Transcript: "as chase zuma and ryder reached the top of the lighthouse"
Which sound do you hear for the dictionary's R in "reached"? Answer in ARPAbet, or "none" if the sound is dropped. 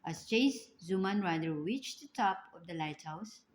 W